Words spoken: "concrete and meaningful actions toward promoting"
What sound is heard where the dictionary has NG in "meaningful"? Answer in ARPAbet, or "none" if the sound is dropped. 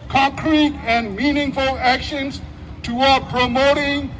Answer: NG